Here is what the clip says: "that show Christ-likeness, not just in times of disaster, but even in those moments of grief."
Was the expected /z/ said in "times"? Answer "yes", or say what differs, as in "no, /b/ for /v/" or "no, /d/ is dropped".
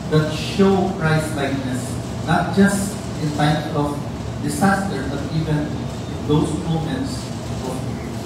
no, /z/ is dropped